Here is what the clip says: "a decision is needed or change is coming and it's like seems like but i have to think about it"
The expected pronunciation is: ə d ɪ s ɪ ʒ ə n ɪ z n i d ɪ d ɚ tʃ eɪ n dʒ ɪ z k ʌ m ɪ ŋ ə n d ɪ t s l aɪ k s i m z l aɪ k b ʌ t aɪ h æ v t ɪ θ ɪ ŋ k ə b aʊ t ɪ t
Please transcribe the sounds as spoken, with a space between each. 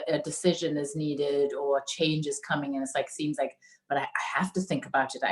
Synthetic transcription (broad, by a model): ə d ɪ s ɪ ʒ ə n ɪ z n i d ɪ d ɚ tʃ eɪ n dʒ ɪ z k ʌ m ɪ ŋ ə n ɪ t s l aɪ k s i m z l aɪ k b ʌ t aɪ h æ f t ɪ θ ɪ ŋ k ə b aʊ t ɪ t